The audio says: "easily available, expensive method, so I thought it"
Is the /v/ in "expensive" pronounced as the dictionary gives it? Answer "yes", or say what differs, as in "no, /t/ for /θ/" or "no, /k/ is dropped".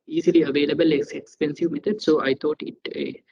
yes